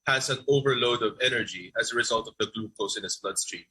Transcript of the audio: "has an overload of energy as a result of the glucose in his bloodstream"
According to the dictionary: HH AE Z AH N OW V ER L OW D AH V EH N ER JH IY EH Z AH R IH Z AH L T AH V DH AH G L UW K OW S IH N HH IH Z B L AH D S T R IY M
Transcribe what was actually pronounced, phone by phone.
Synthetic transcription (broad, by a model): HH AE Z AH N OW V ER L OW D AH V EH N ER JH IY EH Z AH R IH Z AH L T AH V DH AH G L UW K OW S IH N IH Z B L AH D S T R IY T